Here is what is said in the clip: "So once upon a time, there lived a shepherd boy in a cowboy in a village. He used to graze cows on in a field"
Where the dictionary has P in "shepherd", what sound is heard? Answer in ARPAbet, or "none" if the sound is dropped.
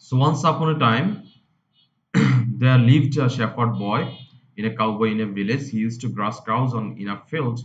F